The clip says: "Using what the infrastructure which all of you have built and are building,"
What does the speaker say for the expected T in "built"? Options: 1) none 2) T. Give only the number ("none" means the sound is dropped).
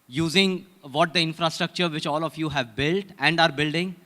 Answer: 2